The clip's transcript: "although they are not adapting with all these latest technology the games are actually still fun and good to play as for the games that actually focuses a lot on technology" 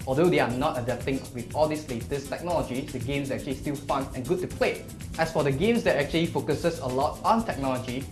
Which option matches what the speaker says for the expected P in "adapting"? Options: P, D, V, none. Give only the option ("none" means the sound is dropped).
none